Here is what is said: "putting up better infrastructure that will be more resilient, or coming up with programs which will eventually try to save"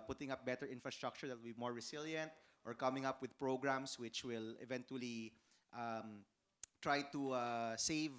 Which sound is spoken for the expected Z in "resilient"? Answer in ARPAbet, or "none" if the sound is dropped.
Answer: S